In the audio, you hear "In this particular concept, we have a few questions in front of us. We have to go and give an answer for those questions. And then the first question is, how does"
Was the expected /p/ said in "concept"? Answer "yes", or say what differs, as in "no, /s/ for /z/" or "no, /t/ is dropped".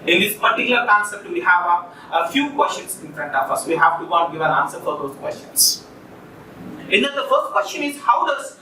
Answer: no, /p/ is dropped